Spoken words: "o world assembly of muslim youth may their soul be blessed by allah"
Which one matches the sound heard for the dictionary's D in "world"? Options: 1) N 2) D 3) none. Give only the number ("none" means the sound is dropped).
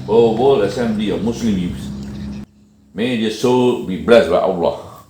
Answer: 3